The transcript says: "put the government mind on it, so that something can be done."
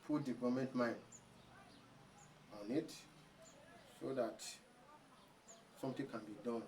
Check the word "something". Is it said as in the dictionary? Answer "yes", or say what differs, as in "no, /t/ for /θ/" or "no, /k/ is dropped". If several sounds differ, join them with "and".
no, /t/ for /θ/